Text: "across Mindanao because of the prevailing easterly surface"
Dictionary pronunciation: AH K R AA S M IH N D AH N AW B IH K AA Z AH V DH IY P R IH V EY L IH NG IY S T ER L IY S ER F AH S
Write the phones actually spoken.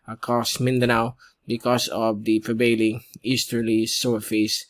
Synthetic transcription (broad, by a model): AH K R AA S M IH N D AH N AW B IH K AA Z AH V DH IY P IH B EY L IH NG IY S T ER L IY S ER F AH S